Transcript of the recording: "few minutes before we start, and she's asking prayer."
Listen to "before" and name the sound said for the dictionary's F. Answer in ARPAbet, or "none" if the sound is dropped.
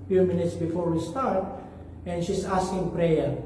F